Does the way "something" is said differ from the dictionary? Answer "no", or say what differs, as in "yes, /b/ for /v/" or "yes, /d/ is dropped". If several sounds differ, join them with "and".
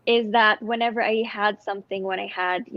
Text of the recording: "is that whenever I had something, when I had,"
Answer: no